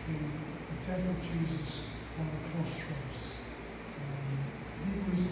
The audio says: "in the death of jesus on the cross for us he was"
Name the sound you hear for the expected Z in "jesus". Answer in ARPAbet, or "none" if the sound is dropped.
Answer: Z